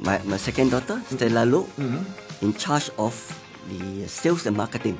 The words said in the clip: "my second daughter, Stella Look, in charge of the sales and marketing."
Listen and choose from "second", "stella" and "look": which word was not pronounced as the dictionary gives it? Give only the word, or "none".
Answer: look